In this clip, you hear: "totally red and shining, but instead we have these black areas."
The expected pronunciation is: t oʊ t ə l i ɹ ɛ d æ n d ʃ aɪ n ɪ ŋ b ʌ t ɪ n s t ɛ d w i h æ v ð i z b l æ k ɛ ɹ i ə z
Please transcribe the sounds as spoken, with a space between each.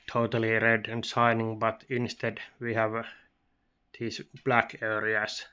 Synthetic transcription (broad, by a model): t oʊ t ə l i ɹ ɛ d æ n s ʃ aɪ n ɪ ŋ b ʌ t ɪ n s t ɛ d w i h æ v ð i s b l æ k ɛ ɹ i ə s